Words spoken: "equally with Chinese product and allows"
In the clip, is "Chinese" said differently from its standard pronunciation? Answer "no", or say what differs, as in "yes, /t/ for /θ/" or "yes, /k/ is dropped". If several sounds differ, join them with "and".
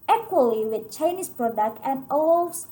yes, /s/ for /z/